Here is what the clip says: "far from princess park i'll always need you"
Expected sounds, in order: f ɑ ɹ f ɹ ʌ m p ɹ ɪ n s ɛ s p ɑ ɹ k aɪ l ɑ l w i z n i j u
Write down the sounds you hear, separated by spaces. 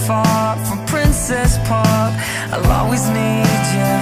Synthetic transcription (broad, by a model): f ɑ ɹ f ɹ ʌ m p ɹ ɪ n s ɛ s p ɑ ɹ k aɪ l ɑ w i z n i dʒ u